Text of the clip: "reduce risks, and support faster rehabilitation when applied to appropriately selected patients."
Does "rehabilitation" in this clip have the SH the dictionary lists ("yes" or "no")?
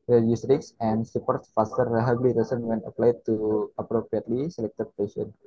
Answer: no